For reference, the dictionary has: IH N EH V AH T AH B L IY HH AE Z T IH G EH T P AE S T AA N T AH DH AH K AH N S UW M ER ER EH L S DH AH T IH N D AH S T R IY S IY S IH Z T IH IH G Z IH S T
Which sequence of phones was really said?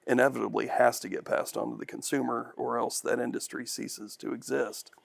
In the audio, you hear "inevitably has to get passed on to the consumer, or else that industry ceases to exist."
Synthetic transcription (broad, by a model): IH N EH V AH T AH B L IY HH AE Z T IH G EH T P AE S T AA N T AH DH AH K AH N S UW M ER ER EH L S DH AH T IH N D AH S T R IY S IY S IH Z T IH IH G Z IH S T